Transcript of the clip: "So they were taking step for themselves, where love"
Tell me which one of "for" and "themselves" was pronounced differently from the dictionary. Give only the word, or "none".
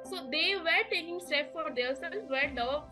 themselves